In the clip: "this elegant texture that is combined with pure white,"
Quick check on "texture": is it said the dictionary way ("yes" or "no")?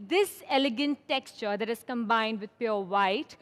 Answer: yes